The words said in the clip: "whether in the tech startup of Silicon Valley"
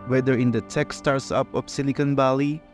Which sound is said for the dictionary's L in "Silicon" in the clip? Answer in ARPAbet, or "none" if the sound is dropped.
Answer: N